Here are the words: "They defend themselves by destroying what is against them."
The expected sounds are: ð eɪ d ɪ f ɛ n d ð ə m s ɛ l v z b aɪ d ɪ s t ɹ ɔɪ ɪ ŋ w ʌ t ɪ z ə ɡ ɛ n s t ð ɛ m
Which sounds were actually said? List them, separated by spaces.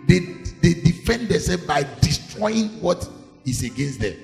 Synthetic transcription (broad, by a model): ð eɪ d ɪ f ɛ n d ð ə s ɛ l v b aɪ d ɪ s t ɹ ɔɪ ɪ ŋ w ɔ t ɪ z ə ɡ ɛ n s t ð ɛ m